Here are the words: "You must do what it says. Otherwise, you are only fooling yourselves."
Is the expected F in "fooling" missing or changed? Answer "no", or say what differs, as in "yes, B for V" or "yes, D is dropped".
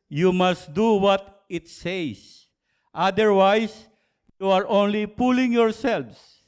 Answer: yes, P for F